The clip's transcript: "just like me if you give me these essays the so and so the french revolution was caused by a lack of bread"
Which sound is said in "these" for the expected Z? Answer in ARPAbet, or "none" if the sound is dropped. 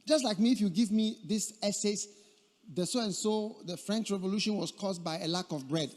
S